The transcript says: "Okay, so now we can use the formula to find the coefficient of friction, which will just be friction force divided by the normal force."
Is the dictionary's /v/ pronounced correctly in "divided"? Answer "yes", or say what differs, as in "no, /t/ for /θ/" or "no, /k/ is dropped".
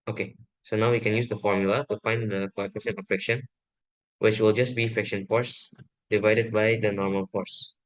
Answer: yes